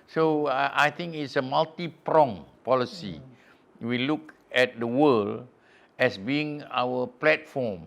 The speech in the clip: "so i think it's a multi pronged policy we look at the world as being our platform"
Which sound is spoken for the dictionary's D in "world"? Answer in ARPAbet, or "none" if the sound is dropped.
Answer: none